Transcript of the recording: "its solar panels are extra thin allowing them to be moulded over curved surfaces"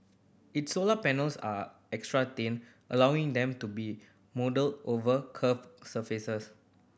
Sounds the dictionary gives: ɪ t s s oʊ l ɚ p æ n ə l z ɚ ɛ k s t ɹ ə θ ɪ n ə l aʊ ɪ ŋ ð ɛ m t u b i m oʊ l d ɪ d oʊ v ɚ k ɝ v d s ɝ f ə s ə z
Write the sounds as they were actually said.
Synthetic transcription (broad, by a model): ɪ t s s oʊ l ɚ p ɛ n ə l s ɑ ɛ k s t ɹ ə t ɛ n ə l aʊ ɪ ŋ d ɛ m t u b i m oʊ d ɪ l oʊ v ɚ k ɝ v s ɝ f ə s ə s